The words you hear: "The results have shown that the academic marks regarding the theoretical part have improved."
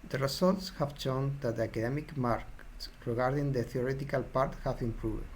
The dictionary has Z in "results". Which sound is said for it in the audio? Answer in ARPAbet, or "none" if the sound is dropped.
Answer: S